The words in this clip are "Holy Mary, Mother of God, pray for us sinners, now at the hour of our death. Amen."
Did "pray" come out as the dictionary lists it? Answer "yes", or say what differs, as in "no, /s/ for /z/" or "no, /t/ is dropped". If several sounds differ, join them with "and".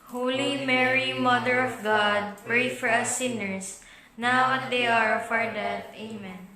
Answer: yes